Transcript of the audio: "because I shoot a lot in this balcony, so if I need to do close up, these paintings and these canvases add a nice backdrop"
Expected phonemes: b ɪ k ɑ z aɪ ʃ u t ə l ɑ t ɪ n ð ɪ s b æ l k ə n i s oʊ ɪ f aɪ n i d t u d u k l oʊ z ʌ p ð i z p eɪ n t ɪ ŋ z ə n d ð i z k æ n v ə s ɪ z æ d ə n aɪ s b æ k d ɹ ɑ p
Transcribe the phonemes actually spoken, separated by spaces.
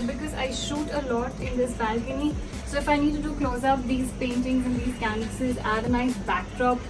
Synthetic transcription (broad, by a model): b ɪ k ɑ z aɪ ʃ u t ə l ɑ t ɪ n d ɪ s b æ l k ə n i s oʊ ɪ f aɪ n i d t u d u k l oʊ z ʌ p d i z p eɪ n t ɪ ŋ z ə n d i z k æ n ə s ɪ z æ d ə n aɪ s b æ k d ɹ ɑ p